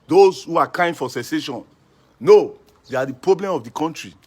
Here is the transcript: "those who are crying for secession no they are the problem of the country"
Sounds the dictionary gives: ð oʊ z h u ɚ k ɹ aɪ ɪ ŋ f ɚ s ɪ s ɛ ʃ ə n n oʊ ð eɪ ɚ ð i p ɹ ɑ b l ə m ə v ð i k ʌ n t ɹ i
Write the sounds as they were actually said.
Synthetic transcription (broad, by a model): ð oʊ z h u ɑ k aɪ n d f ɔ s ɪ s ɛ ʃ ə n n oʊ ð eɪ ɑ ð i p ɹ ɑ b l ə m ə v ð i k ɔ n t ɹ i